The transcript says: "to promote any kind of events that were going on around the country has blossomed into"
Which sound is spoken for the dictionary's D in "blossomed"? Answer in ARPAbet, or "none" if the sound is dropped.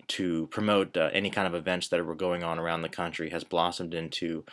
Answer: D